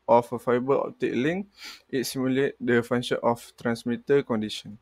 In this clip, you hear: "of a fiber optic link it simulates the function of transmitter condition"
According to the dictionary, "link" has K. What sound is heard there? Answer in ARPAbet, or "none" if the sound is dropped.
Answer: none